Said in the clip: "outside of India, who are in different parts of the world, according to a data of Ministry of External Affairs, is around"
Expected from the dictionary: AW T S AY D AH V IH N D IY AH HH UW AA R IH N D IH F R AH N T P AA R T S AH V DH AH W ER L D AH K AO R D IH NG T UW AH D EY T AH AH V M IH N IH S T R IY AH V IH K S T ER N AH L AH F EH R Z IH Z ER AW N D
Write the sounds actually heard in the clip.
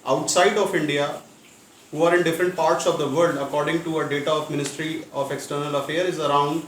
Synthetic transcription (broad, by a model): AW T S AY D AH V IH N D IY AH HH UW AA R IH N D IH F R AH N T P AA R T S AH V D AH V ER L D AH K AO R D IH NG T UW AH D EY T AH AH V M IH N IH S T R IY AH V IH K S T ER N AH L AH F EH R IH Z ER AW N D